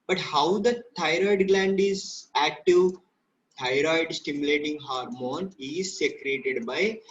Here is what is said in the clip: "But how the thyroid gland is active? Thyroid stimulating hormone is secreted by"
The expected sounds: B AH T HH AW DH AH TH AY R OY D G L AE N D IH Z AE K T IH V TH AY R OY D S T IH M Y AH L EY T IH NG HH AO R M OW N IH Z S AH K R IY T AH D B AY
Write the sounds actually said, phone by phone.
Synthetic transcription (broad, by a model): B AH T HH AW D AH T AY R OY D G L AE N D IH Z AE K T IH V T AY R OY D S T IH M Y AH L EY T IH NG HH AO R M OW N IH Z S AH K R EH T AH D B AY